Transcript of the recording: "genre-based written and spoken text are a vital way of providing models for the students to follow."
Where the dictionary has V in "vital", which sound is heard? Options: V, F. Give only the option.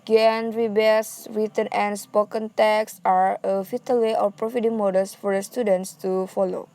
F